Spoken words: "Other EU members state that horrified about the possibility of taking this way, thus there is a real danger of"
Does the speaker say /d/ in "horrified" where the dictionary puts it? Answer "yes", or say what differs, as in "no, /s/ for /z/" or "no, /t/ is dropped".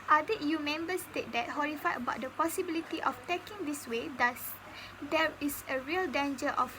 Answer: no, /d/ is dropped